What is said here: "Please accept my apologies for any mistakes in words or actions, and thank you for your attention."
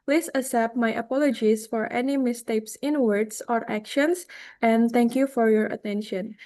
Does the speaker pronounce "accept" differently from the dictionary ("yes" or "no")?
yes